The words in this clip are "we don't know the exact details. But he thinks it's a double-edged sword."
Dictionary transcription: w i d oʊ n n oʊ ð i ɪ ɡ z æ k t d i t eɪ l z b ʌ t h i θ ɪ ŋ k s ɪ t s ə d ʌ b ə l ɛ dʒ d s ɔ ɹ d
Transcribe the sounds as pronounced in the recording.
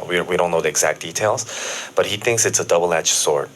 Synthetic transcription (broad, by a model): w i d oʊ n n oʊ ð i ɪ ɡ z æ k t d i t eɪ l z b ʌ t h i θ ɪ ŋ k s ɪ t s ə d ʌ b l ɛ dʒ s ɔ ɹ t